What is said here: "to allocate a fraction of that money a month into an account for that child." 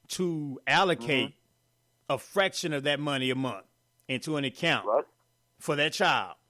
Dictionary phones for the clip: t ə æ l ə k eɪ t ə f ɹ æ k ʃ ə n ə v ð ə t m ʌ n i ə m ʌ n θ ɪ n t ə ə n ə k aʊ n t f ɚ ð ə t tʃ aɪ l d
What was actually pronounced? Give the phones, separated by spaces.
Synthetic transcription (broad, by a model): t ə æ l ə k eɪ t ə f ɹ æ k ʃ ə n ə v ð ə t m ʌ n i ə m ʌ n θ ɪ n t ə ə n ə k aʊ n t f ɚ ð ə t tʃ aɪ l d